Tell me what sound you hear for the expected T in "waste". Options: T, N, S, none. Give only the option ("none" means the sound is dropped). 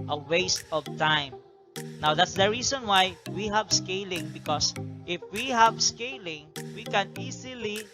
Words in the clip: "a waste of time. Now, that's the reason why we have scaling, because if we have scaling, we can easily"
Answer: T